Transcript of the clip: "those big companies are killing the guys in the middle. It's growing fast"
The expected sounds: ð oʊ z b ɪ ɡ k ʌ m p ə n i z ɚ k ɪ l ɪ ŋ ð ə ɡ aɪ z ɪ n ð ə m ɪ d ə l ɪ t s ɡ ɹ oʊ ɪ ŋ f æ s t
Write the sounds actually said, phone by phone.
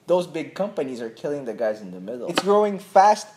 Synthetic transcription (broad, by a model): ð oʊ z b ɪ ɡ k ʌ m p ə n i z ɚ k ɪ l ɪ ŋ ð ə ɡ aɪ z ɪ n ð ə m ɪ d l ɪ t s ɡ ɹ oʊ ɪ ŋ f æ s t